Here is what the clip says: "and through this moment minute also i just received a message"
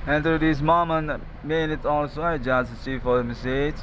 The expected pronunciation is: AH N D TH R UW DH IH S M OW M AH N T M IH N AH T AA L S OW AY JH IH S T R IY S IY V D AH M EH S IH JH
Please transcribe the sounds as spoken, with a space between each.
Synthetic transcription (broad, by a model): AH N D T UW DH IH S M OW M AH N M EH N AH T AA L S OW AY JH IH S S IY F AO D AH M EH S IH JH